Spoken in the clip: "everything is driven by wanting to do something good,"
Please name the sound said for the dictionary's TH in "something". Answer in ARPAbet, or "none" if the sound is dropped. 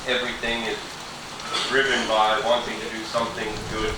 TH